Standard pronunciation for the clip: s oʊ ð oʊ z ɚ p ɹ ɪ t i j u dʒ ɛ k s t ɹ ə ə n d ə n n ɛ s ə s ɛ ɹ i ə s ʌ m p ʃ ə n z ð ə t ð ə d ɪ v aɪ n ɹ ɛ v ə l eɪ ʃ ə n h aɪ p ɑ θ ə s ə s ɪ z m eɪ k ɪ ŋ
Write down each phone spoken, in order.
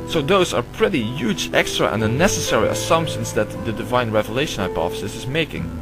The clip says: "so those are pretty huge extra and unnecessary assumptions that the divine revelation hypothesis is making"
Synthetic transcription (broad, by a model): s oʊ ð oʊ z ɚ p ɹ ɪ t i j u dʒ ɛ k s t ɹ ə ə n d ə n n ɛ s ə s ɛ ɹ i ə s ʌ m p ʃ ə n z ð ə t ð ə d ɪ v aɪ n ɹ ɛ v ə l eɪ ʃ ə n h aɪ p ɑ f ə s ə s ɪ z m eɪ k ɪ ŋ